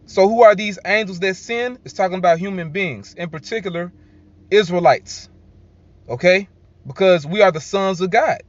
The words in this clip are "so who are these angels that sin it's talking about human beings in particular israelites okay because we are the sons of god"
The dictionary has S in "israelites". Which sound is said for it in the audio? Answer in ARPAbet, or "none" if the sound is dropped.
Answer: S